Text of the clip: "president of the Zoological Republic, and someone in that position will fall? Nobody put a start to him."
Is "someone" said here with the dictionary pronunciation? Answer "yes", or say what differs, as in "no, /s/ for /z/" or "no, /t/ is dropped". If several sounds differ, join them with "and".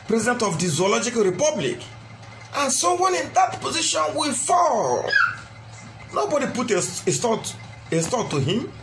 no, /m/ is dropped